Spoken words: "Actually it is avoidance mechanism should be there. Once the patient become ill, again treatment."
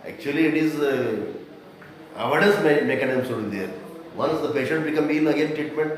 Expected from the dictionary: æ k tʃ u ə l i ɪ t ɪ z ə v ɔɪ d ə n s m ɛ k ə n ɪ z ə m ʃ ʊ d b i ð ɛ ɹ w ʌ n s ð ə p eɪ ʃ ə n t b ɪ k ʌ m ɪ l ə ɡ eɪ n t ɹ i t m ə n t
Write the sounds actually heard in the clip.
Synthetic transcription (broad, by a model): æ k tʃ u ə l i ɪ t ɪ z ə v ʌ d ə s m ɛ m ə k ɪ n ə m s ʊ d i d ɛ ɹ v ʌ n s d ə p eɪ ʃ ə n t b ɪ k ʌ m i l ə ɡ eɪ n t ɹ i t m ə n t